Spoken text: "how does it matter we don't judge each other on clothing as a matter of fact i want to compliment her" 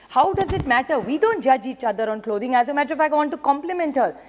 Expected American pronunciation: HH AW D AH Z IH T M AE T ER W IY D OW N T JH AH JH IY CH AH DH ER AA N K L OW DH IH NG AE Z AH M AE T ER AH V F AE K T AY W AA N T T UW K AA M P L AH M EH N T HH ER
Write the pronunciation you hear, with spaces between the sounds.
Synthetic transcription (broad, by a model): HH AW D AH Z IH T M AE T ER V IY D OW N T JH AH JH IY CH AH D ER AA N K L OW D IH NG AE Z AH M AE T ER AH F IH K AY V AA N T T UW K AA M P L AH M EH N T HH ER